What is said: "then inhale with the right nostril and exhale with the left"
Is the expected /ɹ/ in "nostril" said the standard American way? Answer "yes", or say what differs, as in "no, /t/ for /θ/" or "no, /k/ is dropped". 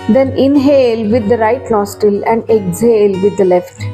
no, /ɹ/ is dropped